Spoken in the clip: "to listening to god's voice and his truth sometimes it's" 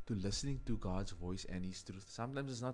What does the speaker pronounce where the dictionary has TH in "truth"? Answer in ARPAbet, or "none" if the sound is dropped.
T